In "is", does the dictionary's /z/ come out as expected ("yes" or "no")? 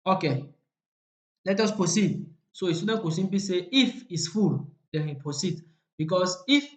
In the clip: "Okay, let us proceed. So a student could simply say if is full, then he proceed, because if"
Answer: no